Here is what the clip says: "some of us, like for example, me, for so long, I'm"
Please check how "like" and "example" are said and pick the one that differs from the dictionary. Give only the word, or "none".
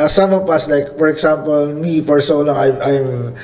example